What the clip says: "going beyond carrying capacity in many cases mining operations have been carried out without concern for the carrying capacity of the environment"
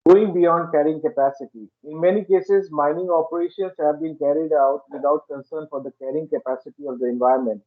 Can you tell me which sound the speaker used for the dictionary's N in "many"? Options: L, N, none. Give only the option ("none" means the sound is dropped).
N